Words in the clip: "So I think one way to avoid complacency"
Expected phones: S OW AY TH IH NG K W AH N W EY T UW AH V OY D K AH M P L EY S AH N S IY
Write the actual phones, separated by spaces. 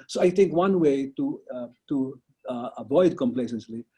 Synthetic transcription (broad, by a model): S OW AY T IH NG K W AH N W EY T UW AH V OY D K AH M P L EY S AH N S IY